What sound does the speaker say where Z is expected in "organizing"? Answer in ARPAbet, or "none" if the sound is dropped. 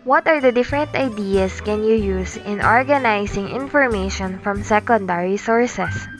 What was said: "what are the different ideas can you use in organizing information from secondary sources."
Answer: S